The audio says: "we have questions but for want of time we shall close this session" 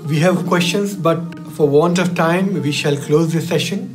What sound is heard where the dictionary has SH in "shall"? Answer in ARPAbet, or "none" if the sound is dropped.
SH